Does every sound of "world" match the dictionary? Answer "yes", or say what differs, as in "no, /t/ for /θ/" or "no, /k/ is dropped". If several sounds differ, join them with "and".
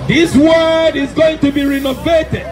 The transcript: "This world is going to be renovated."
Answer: no, /l/ is dropped